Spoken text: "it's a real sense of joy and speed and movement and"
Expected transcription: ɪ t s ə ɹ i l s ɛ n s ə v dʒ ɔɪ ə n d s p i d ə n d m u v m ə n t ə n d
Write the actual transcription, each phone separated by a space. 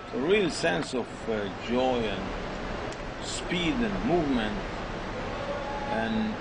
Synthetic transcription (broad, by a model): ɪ ə ɹ i l s ɛ n s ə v dʒ ɔɪ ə n s p i d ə n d m u v m ə n t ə n